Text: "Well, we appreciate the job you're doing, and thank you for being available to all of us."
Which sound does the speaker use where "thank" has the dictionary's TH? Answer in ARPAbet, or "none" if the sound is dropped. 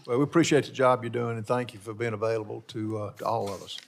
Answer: TH